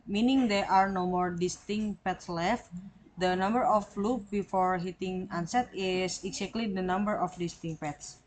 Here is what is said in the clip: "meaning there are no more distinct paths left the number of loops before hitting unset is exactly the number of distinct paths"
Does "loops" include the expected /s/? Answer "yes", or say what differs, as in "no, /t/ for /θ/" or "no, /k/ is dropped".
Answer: no, /s/ is dropped